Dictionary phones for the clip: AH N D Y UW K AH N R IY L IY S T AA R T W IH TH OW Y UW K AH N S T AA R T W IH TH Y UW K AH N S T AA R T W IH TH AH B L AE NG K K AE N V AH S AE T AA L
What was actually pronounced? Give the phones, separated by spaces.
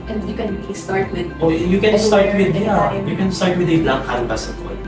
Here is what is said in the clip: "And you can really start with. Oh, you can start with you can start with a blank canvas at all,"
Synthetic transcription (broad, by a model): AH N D Y UW K AH N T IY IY S T AA R T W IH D OW Y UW K AH N S T AA R T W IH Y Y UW K AH N S T AA R T W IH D AH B L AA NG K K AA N B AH S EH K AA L